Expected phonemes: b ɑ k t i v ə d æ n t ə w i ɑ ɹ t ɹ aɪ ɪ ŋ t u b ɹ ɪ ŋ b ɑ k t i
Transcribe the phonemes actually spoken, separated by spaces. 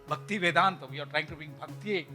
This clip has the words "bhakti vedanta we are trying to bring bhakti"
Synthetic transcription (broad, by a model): b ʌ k t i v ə d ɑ n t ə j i ɑ ɹ t ɹ aɪ ɪ ŋ t u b i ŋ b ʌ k t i